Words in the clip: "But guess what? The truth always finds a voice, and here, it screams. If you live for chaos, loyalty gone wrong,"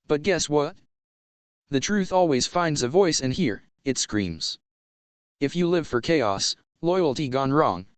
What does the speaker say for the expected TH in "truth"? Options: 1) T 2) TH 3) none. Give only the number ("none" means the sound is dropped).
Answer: 2